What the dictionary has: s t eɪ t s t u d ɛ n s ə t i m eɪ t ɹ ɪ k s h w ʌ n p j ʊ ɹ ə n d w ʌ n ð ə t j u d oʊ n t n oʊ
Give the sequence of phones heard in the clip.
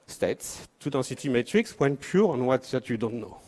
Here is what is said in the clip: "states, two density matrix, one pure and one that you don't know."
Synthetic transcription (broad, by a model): s t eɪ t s t u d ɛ s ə t i m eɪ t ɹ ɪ k s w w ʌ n p j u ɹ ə n w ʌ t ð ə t j u d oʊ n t n oʊ